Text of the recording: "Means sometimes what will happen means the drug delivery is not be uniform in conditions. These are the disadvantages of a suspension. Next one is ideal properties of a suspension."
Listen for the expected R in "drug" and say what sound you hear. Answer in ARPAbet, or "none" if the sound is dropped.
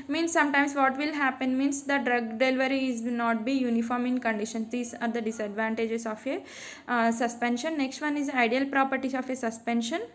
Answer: R